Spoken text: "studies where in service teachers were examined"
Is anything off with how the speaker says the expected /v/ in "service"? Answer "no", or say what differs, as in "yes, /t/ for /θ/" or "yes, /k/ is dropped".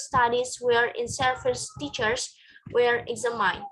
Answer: yes, /f/ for /v/